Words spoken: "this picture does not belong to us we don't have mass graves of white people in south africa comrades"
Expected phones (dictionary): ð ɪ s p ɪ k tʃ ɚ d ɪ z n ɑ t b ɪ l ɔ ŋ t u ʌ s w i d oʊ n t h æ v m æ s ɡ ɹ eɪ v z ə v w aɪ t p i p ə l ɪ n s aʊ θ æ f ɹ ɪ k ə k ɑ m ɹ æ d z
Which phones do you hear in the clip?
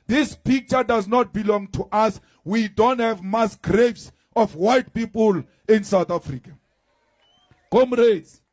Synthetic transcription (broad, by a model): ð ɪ s p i k tʃ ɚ d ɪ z n ɑ t b ɪ l ɔ ŋ t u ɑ s w i d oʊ n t h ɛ v m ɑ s ɡ ɹ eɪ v s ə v w aɪ t p i p ə l ɪ n s aʊ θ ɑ f ɹ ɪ k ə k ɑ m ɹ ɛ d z